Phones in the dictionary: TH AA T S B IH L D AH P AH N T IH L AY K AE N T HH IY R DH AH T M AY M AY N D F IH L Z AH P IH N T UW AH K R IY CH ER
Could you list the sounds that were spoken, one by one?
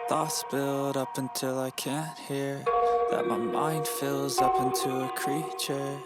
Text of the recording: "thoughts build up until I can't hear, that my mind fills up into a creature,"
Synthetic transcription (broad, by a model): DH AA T S B IH L D AH P AH N T IH L AY K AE N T HH IY R DH AH T M AY M AY N D F IH L Z AH P IH N T UW AH K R IY CH ER